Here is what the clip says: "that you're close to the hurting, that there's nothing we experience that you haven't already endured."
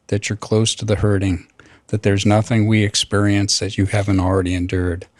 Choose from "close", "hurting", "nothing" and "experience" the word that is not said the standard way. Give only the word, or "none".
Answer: none